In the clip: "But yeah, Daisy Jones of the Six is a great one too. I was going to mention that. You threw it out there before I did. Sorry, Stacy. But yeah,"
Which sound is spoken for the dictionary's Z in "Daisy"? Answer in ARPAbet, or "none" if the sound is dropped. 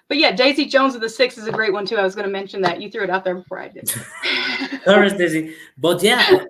Z